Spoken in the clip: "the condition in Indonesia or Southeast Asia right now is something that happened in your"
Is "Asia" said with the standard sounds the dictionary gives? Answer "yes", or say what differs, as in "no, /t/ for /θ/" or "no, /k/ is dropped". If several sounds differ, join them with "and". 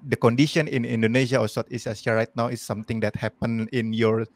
no, /s/ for /ʒ/